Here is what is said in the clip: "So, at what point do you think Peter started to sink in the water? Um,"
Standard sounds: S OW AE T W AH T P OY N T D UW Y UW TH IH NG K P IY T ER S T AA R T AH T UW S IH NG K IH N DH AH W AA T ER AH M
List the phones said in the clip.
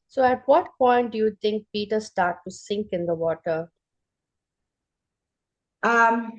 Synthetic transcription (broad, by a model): S OW AE T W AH T P OY N T D UW Y UW T IH NG K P IY T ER S T AA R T T UW S IH NG K IH N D AH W AA T ER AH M